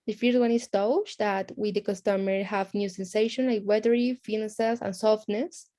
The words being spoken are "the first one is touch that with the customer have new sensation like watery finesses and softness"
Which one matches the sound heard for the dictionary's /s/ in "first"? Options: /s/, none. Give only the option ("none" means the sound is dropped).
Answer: none